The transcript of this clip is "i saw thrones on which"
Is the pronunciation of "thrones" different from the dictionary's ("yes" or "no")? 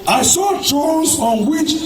yes